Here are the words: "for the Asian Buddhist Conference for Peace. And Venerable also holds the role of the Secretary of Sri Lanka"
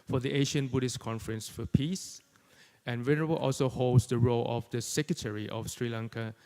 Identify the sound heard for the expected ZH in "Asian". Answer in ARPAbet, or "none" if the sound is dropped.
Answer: SH